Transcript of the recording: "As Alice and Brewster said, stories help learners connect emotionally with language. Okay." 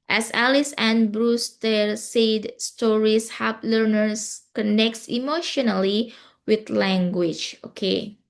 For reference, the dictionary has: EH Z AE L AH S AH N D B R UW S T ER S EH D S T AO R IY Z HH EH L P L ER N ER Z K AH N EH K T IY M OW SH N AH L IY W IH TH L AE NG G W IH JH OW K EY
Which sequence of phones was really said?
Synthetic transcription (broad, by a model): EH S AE L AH S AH N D B R UW S T ER S EH D S T AO R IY S HH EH P L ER N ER S K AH N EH K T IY M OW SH N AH L IY W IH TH L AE NG G W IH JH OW K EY